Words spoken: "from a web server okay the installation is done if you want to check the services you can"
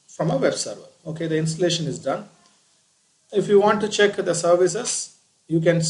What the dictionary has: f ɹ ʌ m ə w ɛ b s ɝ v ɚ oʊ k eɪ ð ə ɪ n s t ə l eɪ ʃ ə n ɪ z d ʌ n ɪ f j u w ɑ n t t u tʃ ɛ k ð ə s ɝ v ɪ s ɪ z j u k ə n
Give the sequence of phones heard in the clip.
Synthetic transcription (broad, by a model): f ɹ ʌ m ə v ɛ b s ɝ v ɚ oʊ k eɪ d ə ɪ n s t ə l eɪ ʃ ə n ɪ z d ʌ n ɪ f j u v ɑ n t t u tʃ ɛ k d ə s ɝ v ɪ s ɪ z j u k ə n